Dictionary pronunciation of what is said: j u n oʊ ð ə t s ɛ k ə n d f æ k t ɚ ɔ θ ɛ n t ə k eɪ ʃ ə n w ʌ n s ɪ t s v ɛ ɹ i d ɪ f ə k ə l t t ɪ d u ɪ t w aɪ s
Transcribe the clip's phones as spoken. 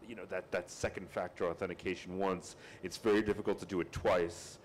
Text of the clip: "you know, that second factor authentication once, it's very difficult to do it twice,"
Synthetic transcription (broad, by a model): j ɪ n oʊ ð ə t s ɛ k n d f æ k t ɚ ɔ θ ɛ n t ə k eɪ ʃ n w ʌ n s ɪ t s v ɛ ɹ i d ɪ f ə k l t t ɪ d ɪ ɪ t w aɪ s